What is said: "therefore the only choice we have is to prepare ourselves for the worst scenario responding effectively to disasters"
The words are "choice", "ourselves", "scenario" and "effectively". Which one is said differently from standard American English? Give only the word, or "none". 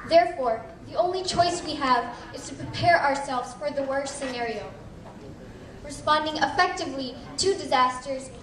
none